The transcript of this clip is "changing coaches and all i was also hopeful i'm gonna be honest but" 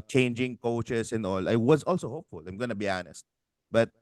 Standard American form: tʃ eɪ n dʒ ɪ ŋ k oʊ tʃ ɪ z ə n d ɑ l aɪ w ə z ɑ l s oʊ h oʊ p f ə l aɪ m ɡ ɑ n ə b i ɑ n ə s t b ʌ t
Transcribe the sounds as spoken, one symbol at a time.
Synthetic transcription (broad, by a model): tʃ eɪ n dʒ ɪ ŋ k oʊ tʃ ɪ s ə n d ɑ l aɪ w ə z ɑ l s oʊ h oʊ p f ə l aɪ m ɡ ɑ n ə b i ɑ n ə s t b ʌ t